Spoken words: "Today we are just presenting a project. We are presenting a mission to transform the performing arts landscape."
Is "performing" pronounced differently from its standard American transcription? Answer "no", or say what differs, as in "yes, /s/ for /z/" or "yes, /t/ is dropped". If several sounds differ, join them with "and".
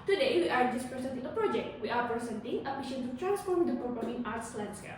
yes, /p/ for /f/